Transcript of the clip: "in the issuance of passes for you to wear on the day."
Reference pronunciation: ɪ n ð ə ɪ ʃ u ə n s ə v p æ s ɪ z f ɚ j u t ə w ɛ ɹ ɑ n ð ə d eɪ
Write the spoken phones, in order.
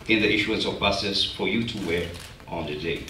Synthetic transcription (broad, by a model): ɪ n ð ə ɪ ʃ u ə n s ə v b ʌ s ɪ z f ɚ j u t ə w ɛ ɹ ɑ n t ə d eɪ